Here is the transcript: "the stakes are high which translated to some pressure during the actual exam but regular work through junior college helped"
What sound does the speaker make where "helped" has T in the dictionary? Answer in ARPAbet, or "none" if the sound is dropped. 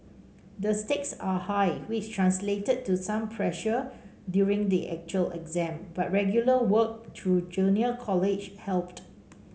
T